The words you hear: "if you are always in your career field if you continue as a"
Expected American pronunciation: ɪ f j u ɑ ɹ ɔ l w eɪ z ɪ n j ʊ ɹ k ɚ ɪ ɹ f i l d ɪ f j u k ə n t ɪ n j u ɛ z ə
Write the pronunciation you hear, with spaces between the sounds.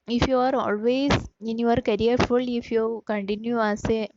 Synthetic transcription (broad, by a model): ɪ f j u ɑ ɹ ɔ l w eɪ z ɪ n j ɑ ɹ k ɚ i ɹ f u l ɪ f j u k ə n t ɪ n j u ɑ s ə